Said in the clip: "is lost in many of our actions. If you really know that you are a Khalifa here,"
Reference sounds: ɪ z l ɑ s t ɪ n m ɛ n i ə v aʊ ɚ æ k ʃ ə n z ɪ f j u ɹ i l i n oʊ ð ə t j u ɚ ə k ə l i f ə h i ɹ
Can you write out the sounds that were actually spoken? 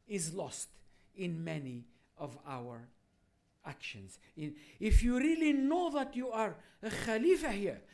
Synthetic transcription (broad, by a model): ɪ z l ɑ s t ɪ n m ɛ n i ə v aʊ ɚ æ k ʃ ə n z ɪ f j u ɹ i l i n oʊ ð ə t j u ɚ ə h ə l i f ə h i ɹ